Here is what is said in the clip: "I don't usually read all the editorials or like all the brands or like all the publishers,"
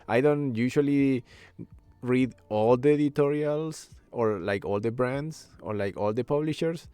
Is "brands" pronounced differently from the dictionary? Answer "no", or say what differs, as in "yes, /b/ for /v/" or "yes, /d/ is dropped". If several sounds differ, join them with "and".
yes, /s/ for /z/